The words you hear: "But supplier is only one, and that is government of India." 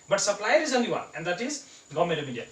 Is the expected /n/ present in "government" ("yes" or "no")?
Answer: no